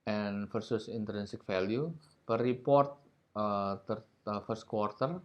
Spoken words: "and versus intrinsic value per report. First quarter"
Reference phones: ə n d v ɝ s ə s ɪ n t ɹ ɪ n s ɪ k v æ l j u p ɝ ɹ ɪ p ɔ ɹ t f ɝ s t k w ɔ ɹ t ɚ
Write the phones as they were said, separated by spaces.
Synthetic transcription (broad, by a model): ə n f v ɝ s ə s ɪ n t ɹ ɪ n s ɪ k f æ l j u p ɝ ɹ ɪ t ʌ ɹ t f ɝ s t k w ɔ ɹ t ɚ